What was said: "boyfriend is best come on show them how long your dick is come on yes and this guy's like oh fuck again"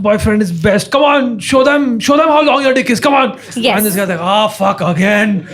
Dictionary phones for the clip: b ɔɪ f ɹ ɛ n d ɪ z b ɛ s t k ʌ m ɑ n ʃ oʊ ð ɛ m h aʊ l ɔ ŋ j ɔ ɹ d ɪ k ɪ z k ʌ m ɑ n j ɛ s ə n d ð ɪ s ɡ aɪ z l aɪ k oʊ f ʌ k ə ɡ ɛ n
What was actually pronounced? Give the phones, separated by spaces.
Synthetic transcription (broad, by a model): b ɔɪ f ɹ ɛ n d ɪ z b ɛ s t k ʌ m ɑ n ʃ oʊ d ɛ m h aʊ l ɔ ŋ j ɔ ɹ d ɪ k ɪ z k ʌ m ɑ n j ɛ ə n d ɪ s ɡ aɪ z l aɪ k oʊ f ʌ k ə ɡ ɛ n